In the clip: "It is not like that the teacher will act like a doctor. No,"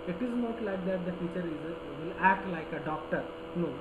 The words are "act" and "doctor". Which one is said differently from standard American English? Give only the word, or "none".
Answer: none